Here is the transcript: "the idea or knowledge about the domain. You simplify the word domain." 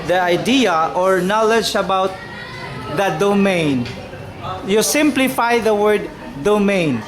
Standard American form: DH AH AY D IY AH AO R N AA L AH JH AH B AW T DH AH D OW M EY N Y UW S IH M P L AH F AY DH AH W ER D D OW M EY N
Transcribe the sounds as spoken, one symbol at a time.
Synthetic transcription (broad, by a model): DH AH AY D IY AH AO R N AA L AH JH AH B AW T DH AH D OW M EY N Y UW S IH M P L AH F AY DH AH W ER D D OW M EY N